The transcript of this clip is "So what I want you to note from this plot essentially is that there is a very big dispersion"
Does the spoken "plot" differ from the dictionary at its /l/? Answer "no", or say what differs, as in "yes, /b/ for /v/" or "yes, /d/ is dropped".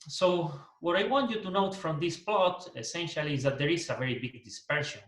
no